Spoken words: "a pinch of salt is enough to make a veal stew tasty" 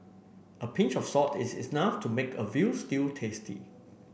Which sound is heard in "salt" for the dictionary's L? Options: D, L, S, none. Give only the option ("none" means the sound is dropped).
none